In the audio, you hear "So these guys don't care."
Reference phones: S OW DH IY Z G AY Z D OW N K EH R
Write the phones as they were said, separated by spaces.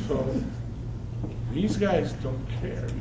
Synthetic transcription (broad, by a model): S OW DH IY Z G AY Z D OW N K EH R